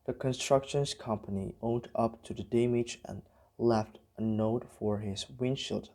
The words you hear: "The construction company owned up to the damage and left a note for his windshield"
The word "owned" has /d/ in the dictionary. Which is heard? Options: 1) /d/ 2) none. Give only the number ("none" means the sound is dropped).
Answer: 1